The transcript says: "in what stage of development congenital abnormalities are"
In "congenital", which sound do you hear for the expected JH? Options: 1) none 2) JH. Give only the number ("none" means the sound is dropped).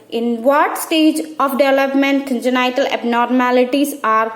1